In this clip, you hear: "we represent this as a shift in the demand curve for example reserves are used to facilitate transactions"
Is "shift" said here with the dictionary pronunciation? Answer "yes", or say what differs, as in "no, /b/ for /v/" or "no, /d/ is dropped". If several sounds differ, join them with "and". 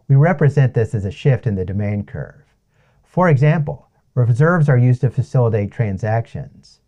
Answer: yes